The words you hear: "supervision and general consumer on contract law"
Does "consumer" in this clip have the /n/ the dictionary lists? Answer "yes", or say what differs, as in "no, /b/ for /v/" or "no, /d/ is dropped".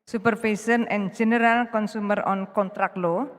yes